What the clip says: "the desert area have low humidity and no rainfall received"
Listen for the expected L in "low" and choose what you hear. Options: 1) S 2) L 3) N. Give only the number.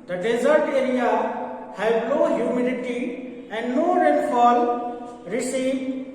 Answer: 3